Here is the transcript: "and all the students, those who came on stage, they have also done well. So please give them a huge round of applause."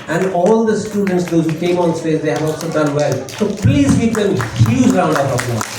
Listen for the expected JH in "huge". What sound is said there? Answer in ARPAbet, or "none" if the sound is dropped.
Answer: Z